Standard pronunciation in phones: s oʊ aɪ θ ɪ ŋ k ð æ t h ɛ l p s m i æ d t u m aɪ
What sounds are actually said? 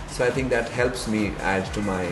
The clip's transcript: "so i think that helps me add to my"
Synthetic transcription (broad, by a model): s oʊ aɪ t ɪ ŋ k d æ t h ɛ l p s m i æ d t u m aɪ